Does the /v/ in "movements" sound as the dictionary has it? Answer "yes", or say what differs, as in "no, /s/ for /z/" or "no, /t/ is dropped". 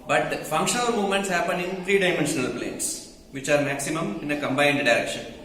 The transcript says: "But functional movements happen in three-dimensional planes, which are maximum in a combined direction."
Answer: no, /v/ is dropped